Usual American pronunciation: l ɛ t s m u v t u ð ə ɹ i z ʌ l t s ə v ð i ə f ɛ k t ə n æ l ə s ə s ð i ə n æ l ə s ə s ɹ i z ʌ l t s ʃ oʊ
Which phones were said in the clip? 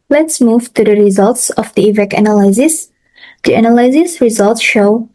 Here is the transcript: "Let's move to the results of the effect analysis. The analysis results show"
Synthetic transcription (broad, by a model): l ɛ t s m u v t u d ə ɹ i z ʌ l t s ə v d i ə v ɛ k ə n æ l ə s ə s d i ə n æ l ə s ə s ɹ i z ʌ l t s ʃ oʊ